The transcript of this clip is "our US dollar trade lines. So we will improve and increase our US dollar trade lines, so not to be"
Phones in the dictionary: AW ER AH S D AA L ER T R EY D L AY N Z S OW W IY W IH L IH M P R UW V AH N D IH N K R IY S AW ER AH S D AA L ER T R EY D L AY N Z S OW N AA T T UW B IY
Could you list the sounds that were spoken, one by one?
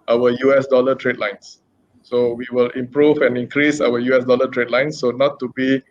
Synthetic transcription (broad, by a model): AW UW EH S D AA L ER T R EY D L AY N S S OW W IY W IH L IH M P R UW V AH N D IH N K R IY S AW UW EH S D AA L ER T R EY D L AY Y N S OW N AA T T UW B IY